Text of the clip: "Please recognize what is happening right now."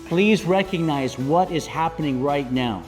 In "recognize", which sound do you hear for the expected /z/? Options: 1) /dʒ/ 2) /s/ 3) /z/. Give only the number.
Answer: 3